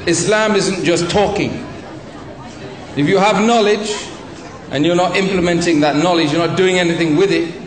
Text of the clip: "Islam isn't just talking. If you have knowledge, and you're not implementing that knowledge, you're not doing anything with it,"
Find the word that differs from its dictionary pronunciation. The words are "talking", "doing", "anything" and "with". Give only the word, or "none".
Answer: none